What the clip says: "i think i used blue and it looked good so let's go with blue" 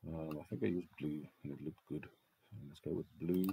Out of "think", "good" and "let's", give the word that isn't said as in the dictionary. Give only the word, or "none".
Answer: let's